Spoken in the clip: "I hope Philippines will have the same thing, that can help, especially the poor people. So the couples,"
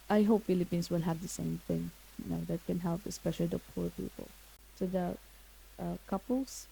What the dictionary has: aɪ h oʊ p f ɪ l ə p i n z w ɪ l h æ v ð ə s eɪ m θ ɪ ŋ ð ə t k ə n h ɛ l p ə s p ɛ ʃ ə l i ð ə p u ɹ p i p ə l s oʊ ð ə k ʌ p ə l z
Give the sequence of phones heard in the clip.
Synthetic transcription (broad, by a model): aɪ h oʊ p f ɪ l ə p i n s w ɪ l h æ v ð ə s eɪ m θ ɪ ŋ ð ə t k ə n h ɛ l p ə s p ɛ ʃ ə l i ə p u ɹ p i p ə l s oʊ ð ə k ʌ p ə l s